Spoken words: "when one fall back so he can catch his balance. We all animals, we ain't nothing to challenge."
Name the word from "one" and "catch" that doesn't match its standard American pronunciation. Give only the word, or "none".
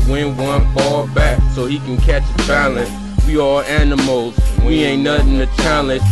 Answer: none